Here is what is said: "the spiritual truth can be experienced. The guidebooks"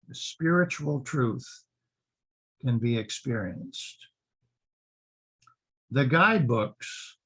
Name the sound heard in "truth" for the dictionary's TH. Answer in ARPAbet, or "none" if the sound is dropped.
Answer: TH